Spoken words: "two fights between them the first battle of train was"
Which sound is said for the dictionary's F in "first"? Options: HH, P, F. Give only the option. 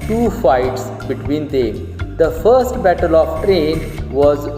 F